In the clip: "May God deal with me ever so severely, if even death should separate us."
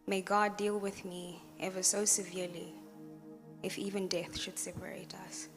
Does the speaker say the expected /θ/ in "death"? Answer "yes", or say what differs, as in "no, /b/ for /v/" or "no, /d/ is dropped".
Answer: yes